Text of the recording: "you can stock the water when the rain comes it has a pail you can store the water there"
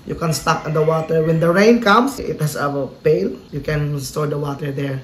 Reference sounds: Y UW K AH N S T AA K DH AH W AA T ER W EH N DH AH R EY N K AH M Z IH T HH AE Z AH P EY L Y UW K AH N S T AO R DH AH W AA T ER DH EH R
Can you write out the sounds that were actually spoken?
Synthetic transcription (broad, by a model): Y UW K AH N S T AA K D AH W AA T ER W EH N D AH R EY N K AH M S IH T HH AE S AH P EY L Y UW K AH N S T AO R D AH W AA T ER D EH R